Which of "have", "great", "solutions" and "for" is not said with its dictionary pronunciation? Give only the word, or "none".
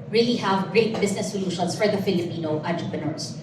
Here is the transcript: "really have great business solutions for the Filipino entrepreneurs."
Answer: solutions